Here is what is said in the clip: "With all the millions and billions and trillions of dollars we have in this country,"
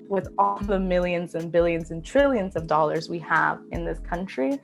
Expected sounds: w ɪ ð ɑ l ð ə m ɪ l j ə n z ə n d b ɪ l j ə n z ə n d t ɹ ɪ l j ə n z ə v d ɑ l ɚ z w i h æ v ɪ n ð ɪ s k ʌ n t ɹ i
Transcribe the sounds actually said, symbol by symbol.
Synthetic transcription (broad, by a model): w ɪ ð ɑ l ð ə m ɪ l j ə n z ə n b ɪ l j ə n z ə n t ɹ ɪ l j ə n z ə v d ɑ l ɚ z w i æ v ɪ n ð ɪ s k ʌ n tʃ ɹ i